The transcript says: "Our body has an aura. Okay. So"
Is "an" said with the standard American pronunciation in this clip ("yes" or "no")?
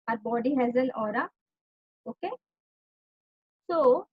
no